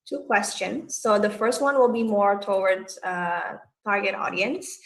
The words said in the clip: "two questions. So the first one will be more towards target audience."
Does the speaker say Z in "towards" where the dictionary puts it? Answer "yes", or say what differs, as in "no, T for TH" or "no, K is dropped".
no, Z is dropped